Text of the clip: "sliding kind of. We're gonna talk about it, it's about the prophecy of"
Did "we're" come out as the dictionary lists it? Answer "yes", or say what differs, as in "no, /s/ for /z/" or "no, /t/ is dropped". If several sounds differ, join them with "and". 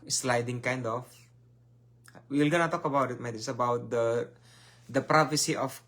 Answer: no, /l/ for /ɹ/